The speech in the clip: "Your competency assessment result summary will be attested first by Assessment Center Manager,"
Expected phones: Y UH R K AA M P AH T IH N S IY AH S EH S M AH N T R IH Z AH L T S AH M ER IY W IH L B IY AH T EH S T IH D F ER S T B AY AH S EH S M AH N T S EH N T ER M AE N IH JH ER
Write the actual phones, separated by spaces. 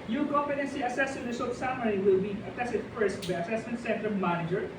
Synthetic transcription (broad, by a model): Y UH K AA P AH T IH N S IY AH S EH S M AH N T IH S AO T S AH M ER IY W IH L B IY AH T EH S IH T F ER S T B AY AH S EH S M AH N T S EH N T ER M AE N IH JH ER